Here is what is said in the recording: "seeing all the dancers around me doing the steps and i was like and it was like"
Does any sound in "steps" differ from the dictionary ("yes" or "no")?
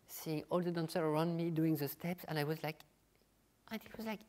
no